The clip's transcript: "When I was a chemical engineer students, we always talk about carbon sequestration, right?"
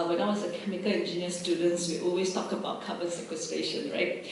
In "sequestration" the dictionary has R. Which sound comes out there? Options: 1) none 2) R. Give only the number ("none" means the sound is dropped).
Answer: 1